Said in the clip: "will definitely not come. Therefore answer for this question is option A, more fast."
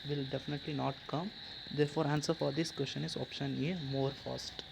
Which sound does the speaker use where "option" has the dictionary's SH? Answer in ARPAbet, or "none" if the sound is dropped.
SH